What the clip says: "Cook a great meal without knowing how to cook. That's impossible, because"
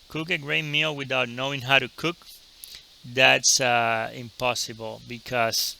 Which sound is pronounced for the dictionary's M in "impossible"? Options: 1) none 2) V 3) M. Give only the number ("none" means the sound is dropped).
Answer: 3